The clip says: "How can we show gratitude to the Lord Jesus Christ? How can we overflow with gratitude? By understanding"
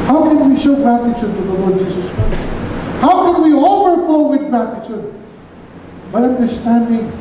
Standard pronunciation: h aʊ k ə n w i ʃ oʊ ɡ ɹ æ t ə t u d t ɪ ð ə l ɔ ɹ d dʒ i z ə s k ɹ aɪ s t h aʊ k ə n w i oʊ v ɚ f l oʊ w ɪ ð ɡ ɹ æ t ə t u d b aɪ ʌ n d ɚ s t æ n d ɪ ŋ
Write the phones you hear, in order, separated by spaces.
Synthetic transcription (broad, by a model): h aʊ k ə n w i ʃ oʊ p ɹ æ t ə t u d t ɪ ð ə l ɔ ɹ d dʒ i z ə s k ɹ aɪ s t h aʊ k ə n w i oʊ f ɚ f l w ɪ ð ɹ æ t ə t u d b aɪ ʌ n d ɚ s t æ n d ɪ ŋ